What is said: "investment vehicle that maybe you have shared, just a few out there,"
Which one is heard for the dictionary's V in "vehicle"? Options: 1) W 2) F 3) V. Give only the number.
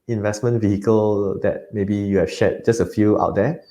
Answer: 3